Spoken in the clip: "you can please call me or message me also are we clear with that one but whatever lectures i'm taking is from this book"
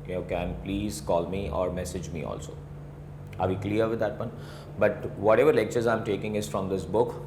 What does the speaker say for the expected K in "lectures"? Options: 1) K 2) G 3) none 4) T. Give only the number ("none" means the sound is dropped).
1